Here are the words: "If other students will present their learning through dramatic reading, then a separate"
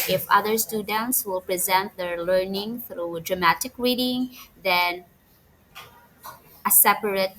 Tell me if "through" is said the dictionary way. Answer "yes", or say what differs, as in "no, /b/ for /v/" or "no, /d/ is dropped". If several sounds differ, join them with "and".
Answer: yes